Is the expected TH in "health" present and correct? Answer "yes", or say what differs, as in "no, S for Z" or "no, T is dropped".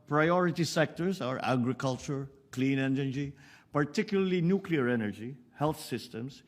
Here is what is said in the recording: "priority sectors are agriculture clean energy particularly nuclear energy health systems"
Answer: no, T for TH